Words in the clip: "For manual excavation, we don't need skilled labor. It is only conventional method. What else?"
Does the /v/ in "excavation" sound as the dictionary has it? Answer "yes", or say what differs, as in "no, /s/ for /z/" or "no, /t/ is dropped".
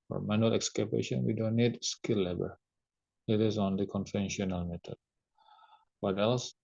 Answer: no, /b/ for /v/